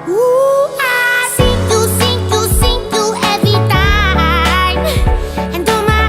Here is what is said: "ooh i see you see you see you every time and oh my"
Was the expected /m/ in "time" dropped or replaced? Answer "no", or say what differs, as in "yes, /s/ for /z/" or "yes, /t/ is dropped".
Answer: yes, /m/ is dropped